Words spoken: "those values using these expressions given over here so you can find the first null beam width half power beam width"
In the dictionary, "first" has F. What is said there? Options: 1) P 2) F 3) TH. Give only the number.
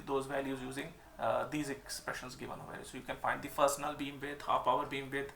1